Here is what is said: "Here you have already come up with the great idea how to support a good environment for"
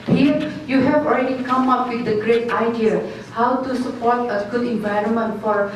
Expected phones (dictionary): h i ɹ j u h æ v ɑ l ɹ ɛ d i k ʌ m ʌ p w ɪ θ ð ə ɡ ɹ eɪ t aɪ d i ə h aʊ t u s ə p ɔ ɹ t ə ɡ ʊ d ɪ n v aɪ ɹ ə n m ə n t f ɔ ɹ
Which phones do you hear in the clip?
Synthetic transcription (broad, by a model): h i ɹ j u h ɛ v ɑ l ɹ ɛ d i k ʌ m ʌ p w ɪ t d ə ɡ ɹ eɪ t aɪ d i ə h aʊ t u s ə p ɔ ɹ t ə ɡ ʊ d ɪ n v aɪ ɹ ə n m ə n t f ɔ ɹ